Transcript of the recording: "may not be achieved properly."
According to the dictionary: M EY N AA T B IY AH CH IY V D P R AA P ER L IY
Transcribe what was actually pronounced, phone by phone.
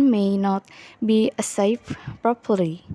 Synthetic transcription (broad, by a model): M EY N AA T B IY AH S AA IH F P R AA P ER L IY